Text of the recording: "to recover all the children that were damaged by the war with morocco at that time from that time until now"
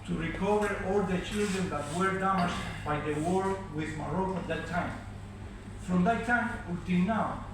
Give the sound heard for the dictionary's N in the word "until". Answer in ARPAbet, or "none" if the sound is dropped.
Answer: none